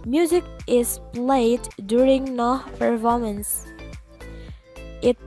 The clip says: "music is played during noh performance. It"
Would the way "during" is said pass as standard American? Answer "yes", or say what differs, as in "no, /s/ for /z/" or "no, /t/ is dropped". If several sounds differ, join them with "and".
yes